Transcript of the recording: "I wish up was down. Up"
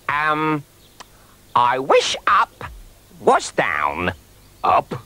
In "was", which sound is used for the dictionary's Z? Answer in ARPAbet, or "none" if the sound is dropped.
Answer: S